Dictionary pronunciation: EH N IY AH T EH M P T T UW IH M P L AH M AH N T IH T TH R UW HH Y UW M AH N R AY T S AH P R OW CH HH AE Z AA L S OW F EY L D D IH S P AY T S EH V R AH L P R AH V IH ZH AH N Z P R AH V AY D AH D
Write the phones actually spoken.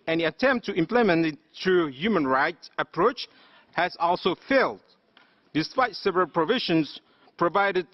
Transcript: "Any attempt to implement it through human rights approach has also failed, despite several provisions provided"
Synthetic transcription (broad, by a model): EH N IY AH T EH M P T T UW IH M P L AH M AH N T IH T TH R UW HH Y UW M AH N R AY T S AH P R OW CH HH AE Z AA L S OW F EY L D D IH S P AY T S EH V R AH L P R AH V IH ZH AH N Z P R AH V AY D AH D